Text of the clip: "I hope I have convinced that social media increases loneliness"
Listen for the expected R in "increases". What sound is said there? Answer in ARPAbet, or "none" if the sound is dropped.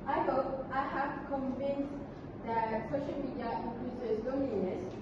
L